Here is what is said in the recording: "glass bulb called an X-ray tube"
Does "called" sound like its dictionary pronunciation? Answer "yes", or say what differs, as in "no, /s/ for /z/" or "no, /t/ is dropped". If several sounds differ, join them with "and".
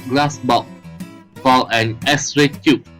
no, /d/ is dropped